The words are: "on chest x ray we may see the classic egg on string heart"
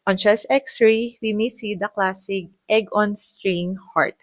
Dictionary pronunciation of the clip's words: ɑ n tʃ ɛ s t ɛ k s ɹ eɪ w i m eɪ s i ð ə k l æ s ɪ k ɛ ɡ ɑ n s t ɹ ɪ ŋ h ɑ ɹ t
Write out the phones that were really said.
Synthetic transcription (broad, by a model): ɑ n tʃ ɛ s ɛ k s ɹ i w i m eɪ s i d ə k l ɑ s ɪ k ɛ ɡ ɑ n s t ɹ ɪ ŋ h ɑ ɹ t